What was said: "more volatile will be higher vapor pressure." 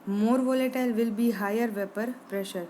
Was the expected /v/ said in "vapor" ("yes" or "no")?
yes